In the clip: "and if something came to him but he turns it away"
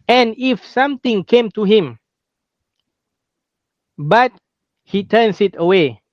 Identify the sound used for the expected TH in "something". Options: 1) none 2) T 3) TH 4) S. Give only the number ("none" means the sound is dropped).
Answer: 2